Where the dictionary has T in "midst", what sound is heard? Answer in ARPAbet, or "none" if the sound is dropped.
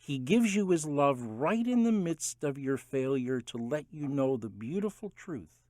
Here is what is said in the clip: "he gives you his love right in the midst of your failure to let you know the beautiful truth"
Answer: T